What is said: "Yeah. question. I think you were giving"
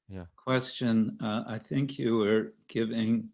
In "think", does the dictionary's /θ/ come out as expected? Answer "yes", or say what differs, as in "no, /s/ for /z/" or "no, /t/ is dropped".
yes